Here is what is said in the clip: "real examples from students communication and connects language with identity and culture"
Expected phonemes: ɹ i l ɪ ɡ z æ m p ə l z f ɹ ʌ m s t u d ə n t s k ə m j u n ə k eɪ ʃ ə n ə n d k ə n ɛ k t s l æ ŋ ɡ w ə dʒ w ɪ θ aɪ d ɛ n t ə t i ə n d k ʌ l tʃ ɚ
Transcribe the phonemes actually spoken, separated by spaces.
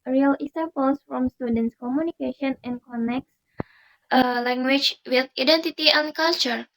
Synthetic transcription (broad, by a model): ɹ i l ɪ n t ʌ p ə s f ɹ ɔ m s t u d ə n t s k ə m j u n ə k eɪ ʃ ə n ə n k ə n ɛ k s l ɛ ŋ ɡ w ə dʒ w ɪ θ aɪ d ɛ n t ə t i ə n k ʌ l tʃ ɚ